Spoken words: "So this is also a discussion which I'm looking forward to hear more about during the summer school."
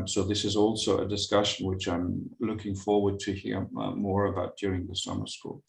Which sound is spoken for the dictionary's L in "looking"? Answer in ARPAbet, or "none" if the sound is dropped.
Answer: L